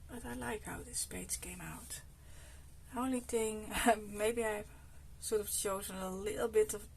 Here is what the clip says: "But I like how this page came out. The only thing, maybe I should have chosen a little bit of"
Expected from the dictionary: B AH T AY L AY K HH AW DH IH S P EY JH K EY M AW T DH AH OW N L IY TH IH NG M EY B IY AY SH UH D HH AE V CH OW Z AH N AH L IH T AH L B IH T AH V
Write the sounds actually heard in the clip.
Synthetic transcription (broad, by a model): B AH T AY L AY K HH AW DH IH S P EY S K EY M AW T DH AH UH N L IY TH IH NG M EY B IY AY S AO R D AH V CH OW Z AH N AH L IH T L B IH T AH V